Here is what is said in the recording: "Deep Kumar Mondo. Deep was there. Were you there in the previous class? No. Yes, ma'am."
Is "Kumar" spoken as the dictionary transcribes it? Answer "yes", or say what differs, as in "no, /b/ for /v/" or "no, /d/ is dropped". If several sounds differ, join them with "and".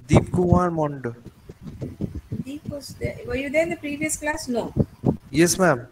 no, /m/ is dropped